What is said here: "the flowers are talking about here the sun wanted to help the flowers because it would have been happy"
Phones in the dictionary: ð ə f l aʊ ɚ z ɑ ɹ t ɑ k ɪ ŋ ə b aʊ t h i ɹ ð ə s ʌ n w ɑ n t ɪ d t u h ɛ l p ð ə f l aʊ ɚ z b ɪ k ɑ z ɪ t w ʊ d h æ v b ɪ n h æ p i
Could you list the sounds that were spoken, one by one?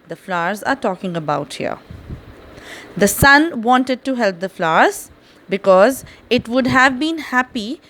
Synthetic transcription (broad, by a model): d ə f l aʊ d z ɑ ɹ t ɑ k ɪ ŋ ə b aʊ t h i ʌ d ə s ʌ n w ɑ n t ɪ d t u h ɛ l p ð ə f l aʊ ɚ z b ɪ k ɑ z ɪ t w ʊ d h æ v b ɪ n h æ p i